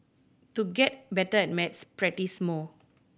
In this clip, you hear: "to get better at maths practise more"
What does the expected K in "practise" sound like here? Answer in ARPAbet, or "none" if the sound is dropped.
none